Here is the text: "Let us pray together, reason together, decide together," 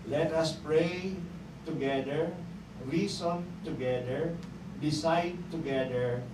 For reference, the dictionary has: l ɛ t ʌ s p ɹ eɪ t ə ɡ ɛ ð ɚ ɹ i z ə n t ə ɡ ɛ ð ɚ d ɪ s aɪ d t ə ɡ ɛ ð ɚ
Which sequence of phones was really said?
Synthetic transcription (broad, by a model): l ɛ t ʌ s p ɹ eɪ t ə ɡ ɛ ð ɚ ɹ i s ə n t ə ɡ ɛ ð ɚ d ɪ s aɪ d t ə ɡ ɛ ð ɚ